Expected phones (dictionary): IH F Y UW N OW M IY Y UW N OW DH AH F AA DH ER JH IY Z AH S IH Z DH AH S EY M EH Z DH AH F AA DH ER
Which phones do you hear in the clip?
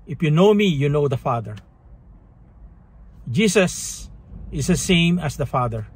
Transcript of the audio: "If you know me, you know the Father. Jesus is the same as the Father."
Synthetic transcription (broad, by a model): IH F Y UW N OW M IY Y UW N OW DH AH F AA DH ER JH IY S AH S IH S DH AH S EY M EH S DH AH F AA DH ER